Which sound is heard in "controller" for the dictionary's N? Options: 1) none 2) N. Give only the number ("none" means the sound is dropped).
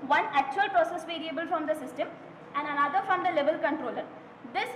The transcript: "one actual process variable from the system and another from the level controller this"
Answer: 2